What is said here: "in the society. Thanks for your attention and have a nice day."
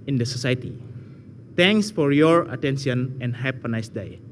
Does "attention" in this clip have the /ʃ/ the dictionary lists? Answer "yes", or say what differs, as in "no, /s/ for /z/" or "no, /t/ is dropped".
no, /s/ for /ʃ/